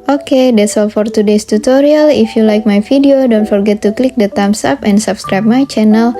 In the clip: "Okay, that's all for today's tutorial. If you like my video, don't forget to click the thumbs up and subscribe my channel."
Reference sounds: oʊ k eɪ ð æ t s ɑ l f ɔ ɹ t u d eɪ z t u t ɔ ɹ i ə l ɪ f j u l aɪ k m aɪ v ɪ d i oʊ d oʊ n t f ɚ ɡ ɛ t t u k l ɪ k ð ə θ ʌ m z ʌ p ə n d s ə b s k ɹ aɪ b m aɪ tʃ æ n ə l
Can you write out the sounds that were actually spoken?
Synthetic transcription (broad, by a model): oʊ k eɪ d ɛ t s ɑ l f ɔ ɹ t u d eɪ s t u t ɔ ɹ i ə l ɪ f j u l aɪ k m aɪ f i d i oʊ d oʊ n t f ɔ ɡ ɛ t t u k l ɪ k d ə t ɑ m s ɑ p ə n d s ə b s k ɹ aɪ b m aɪ tʃ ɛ n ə l